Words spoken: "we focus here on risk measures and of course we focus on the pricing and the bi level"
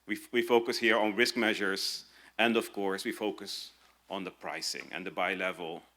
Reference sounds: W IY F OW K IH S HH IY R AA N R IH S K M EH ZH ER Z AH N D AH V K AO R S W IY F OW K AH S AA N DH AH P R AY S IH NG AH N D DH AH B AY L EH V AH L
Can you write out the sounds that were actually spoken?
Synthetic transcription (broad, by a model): W IY F OW K IH S HH IY R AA N R IH S K M EH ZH ER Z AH N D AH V K AO R S W IY F OW K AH S AA N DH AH P R AY S IH NG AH N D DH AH B AY L EH V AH L